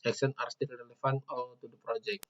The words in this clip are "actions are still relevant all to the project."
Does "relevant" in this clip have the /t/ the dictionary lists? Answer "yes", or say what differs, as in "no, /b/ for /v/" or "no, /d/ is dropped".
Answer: no, /t/ is dropped